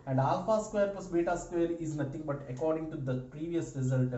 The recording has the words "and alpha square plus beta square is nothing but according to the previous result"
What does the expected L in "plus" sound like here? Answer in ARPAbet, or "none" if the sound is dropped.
none